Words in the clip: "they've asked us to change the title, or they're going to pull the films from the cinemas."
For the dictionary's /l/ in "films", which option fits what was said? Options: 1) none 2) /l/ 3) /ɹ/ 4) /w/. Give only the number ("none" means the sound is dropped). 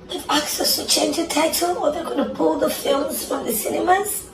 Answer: 2